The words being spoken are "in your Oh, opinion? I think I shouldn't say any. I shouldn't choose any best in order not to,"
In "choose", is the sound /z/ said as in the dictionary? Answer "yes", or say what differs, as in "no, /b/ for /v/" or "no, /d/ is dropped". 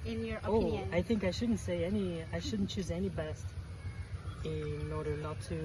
yes